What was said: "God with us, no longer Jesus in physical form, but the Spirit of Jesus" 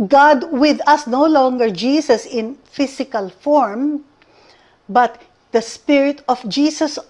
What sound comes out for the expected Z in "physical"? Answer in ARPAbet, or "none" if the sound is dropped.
S